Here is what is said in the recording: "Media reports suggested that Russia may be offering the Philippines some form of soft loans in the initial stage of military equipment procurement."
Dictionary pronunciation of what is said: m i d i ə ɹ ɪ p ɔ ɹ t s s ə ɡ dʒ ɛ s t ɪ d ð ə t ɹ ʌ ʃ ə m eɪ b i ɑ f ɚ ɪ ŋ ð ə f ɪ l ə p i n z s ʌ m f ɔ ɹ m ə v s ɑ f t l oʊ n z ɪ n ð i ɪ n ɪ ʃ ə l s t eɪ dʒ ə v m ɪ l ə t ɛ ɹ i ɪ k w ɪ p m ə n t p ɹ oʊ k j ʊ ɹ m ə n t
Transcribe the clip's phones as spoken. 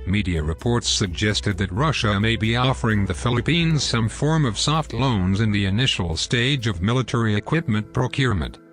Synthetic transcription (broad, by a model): m i d i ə ɹ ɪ p ɔ ɹ t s s ə ɡ dʒ ɛ s t ɪ d ð ə t ɹ ʌ ʃ ə m eɪ b i ɑ f ɚ ɪ ŋ ð ə f ɪ l ə p i n z s ʌ m f ɔ ɹ m ə v s ɑ f t l oʊ n z ɪ n ð i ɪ n ɪ ʃ l s t eɪ dʒ ə v m ɪ l ə t ɛ ɹ i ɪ k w ɪ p m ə n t p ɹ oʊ k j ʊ ɹ m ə n t